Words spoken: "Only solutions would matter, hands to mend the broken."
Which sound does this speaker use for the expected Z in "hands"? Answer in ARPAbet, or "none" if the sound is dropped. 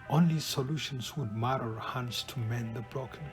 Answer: S